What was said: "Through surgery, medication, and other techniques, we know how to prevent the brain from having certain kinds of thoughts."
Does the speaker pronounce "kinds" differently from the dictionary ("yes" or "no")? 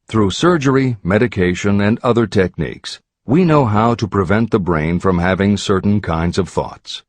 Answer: no